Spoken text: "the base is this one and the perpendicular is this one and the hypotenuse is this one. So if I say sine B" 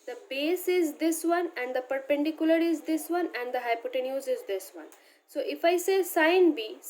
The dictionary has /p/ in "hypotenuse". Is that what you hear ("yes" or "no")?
yes